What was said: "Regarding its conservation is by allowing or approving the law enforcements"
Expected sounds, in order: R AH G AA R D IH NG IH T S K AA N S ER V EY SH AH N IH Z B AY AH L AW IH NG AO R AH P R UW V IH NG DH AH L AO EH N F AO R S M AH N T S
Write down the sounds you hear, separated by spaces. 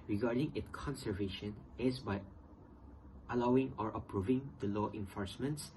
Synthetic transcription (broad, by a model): R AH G AA R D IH NG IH T K AA N S ER V EY SH AH N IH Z B AY AH L AW IH NG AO R AH P R UW V IH NG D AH L AO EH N F AO R S M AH N T S